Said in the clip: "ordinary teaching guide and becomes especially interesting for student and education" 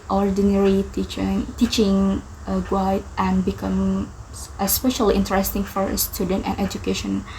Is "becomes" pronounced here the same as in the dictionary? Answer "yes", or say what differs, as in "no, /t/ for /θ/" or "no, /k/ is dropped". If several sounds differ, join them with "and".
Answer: no, /z/ is dropped